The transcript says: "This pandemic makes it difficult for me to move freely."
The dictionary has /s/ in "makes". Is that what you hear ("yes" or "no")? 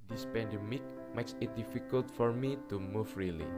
yes